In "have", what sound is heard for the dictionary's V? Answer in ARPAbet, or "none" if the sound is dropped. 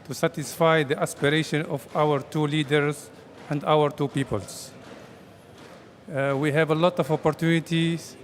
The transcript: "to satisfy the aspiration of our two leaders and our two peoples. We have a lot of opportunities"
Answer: V